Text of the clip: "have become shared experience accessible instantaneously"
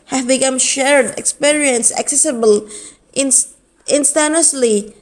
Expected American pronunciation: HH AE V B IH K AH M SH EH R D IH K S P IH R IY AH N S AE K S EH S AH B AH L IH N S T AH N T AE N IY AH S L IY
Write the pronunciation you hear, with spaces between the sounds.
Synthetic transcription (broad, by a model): HH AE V B IH K AH M SH EH R D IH K S P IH R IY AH N S AE K S EH S AH B AH L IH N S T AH N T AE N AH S L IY